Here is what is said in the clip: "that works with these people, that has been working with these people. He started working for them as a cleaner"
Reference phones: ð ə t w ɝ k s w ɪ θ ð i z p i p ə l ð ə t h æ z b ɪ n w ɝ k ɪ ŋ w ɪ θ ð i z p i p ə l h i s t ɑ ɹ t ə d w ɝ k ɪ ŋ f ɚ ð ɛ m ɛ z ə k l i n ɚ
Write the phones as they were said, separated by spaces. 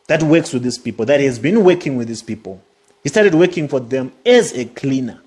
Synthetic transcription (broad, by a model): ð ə t w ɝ k s w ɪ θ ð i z p i p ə l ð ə t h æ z b ɪ n w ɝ k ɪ ŋ w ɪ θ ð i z p i p ə l h i s t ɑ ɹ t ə d w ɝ k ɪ ŋ f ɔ ð ɛ m ɛ z ə k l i n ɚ